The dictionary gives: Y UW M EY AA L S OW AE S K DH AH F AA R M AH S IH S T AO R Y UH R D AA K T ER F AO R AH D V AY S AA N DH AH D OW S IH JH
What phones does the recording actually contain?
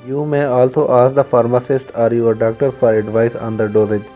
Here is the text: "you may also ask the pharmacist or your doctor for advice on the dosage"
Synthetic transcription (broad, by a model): Y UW M EY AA L S OW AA S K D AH F AA R M AH S IH S T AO R Y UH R D AA K T ER F AO R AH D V AY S AA N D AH D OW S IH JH